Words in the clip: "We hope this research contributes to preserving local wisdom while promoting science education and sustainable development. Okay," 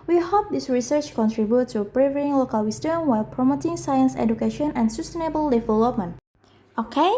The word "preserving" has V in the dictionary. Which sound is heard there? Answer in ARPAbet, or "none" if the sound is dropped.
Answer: none